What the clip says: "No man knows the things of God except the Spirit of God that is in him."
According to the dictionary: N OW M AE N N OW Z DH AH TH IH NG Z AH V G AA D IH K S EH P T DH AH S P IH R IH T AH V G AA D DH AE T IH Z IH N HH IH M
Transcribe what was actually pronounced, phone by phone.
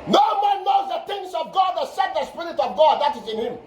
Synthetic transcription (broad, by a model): N OW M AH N N OW Z DH AH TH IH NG S AH V G AA D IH S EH T DH AH S P IH R IH T AH V G AA D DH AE T IH Z IH N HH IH M